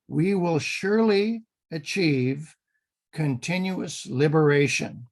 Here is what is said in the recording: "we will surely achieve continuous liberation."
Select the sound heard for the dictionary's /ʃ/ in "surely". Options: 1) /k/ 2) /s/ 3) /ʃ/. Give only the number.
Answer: 3